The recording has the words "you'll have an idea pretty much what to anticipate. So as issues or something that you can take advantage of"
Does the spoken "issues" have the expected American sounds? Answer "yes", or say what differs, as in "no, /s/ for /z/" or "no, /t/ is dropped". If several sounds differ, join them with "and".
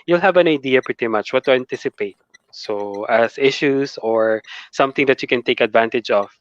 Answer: no, /s/ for /z/